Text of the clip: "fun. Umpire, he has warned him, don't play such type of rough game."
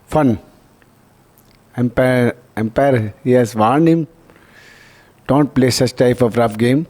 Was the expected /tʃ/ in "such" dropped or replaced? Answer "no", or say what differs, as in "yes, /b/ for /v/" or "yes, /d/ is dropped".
yes, /s/ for /tʃ/